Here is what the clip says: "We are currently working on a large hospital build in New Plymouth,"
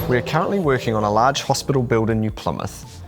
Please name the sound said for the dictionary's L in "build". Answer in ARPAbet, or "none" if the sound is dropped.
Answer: L